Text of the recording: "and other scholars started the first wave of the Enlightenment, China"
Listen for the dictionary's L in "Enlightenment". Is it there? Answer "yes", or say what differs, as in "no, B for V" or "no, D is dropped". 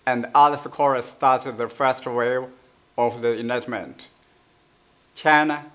no, L is dropped